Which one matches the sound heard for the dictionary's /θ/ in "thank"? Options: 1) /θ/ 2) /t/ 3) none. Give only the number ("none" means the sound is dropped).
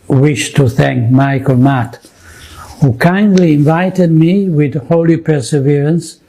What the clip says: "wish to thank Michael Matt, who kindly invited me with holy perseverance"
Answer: 1